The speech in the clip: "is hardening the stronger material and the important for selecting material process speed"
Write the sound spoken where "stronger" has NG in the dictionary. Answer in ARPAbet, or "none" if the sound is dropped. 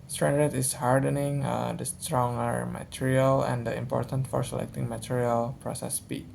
NG